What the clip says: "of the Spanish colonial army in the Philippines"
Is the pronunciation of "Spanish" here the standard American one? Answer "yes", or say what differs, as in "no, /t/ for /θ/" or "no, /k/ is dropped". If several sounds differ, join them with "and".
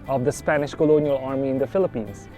yes